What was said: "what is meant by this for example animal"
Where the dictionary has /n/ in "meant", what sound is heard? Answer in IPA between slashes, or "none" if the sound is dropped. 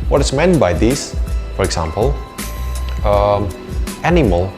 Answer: /n/